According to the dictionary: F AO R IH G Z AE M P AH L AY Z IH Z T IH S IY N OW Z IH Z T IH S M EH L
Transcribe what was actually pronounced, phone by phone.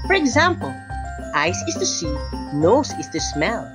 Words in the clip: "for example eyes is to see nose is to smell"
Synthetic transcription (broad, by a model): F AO R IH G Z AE M P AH L AY S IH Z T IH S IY N OW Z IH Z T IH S M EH L